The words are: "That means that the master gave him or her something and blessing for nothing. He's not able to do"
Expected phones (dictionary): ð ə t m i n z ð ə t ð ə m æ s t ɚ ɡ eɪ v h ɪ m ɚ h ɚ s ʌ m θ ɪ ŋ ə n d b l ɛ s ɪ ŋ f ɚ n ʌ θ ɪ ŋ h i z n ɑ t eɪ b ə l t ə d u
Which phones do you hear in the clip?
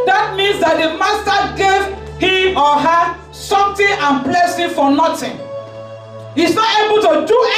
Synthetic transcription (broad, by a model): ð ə t m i n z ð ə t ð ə m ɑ s t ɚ ɡ eɪ v h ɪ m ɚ h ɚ s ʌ m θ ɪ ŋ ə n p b l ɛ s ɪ f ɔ n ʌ t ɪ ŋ h i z n ɑ t eɪ b ə l t ə d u